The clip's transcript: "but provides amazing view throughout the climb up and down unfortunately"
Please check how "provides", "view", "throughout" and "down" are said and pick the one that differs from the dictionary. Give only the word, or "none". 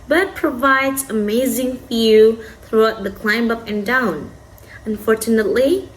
view